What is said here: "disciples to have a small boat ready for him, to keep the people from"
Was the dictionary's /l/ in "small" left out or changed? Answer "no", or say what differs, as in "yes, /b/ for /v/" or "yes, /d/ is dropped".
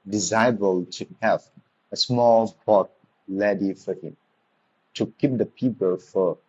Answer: no